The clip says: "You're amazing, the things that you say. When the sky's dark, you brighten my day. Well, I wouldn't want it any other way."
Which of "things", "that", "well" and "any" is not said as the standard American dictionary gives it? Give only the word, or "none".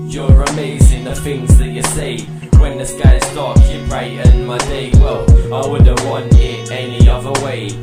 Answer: things